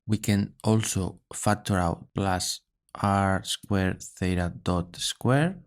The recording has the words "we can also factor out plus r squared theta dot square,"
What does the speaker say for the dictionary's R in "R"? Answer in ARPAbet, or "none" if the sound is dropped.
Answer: R